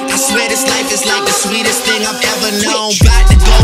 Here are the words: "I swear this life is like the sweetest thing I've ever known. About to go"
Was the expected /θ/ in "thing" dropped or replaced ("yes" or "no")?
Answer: no